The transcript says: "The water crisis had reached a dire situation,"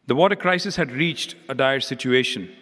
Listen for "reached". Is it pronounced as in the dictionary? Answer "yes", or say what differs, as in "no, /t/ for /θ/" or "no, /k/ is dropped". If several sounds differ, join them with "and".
yes